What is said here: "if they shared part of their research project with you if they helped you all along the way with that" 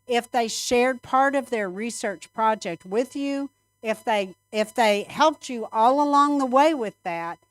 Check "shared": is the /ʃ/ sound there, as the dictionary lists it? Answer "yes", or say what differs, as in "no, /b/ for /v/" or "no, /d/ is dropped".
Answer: yes